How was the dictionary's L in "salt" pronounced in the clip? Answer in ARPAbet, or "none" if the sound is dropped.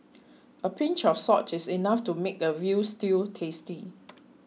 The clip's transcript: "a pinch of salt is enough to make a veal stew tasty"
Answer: none